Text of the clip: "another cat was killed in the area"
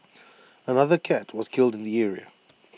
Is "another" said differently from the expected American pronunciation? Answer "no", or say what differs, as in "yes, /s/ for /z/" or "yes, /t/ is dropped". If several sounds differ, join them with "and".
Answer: no